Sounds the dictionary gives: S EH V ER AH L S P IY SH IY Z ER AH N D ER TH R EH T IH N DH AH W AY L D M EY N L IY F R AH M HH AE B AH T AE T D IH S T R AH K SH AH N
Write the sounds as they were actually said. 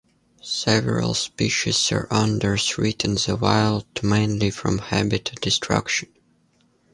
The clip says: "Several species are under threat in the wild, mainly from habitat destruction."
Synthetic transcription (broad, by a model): S EH V ER AH L S P IY SH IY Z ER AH N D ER S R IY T IH N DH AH W AY L D M EY N L IY F R AH M HH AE B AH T T D IH S T R AH K SH AH N